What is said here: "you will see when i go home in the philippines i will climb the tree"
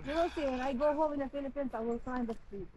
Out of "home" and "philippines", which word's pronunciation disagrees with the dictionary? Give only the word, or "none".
philippines